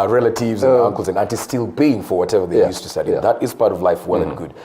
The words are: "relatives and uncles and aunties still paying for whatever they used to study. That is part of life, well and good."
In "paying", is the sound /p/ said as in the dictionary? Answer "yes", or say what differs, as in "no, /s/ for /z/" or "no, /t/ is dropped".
no, /b/ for /p/